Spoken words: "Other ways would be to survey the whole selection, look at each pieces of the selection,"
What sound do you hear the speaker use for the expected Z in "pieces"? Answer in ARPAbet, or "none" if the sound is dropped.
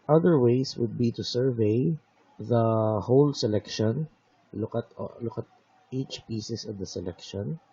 S